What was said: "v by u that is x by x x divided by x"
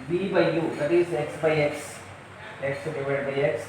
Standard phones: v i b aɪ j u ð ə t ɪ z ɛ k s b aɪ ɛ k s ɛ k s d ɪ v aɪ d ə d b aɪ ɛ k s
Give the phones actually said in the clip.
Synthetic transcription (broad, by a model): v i b aɪ j u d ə t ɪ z ɛ k s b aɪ ɛ k s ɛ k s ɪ p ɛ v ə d b aɪ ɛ k s